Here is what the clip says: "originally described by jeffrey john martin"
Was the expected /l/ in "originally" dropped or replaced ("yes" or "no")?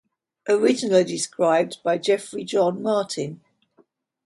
yes